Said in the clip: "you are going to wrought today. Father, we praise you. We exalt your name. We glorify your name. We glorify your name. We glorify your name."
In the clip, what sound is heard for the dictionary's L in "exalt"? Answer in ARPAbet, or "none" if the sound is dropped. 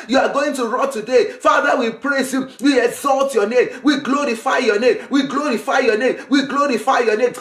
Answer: L